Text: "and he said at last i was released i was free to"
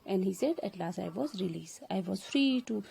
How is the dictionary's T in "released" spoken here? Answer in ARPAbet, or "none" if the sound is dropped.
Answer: none